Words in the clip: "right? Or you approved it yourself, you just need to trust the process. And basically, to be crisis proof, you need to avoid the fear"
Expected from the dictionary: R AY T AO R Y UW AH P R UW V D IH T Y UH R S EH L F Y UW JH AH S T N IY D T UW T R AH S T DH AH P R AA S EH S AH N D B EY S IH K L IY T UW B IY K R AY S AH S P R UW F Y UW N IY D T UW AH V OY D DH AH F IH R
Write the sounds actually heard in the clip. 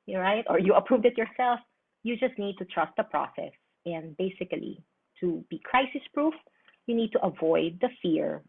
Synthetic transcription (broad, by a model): R AY T AO R Y UW AH P R UW V D IH T Y UH R S EH L F Y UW JH AH S T N IY D T UW T R AH S T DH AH P R AA S EH S AH N D B EY S IH K L IY T UW B IY K R AY S AH S P R UW F Y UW N IY D T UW AH V OY D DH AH F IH R